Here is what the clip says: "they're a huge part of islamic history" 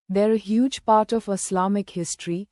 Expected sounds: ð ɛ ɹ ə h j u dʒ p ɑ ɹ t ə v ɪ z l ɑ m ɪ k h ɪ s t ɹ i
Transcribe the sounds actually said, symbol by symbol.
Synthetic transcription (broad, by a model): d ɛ ɹ ə h j u dʒ p ɑ ɹ t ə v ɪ s l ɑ m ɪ k h ɪ s t ɹ i